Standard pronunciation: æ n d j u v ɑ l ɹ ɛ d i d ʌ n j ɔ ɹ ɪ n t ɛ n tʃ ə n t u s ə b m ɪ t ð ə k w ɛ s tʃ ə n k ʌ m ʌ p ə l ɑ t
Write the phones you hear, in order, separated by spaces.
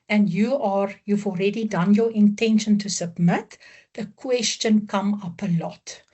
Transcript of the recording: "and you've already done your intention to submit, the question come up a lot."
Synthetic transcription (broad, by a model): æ n d j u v ɑ l ɹ ɛ d i d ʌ n j ɔ ɹ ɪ n t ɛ n ʃ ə n t u s ə b m ɪ t ð ə k w ɛ s tʃ ə n k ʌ m ʌ p ə l ɑ t